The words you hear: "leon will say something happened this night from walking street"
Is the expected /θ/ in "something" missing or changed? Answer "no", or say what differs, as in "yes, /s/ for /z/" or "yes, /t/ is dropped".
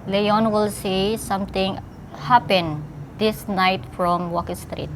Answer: yes, /t/ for /θ/